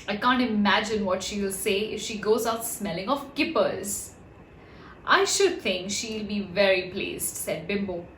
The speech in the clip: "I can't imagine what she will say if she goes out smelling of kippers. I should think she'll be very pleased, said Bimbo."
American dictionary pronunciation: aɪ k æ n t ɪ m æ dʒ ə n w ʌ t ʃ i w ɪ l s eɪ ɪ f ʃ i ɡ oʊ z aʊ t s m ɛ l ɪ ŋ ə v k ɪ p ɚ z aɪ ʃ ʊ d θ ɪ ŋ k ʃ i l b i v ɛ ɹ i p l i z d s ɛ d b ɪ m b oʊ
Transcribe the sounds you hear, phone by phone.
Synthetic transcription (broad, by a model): aɪ k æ n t ɪ m æ dʒ ə n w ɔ t ʃ i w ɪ l s eɪ ɪ f ʃ i ɡ oʊ z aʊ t s m ɛ l ɪ ŋ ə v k ɪ p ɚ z aɪ ʃ ʊ d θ ɪ ŋ k ʃ i l b i v ɛ ɹ i p l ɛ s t s ɛ d b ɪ m b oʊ